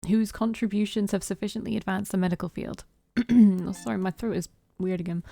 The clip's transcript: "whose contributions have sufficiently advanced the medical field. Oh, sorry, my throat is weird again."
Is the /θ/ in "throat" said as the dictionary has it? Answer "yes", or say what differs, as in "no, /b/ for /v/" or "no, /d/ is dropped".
yes